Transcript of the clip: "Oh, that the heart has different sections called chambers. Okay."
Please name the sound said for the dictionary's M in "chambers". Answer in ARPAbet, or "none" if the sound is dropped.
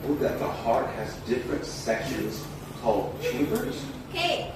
none